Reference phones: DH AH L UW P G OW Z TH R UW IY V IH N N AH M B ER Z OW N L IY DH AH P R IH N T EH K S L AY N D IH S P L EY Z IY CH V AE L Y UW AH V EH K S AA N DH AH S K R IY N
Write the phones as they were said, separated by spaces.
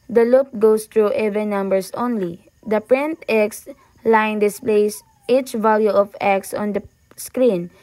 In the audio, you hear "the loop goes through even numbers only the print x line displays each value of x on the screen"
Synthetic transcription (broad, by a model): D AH L UW P G OW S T R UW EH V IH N N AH M B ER S OW N L IY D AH P R IH N T EH K S L AY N D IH S P L EY S IY CH V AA L Y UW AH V EH K S AA N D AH S K R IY N